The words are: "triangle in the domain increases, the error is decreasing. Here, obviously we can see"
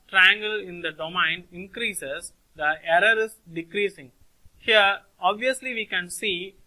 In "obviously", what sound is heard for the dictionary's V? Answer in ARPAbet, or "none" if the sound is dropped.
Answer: V